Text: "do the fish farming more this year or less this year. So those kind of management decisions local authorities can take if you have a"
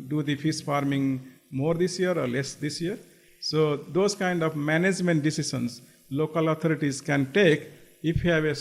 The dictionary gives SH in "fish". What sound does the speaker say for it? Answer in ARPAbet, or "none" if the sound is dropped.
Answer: S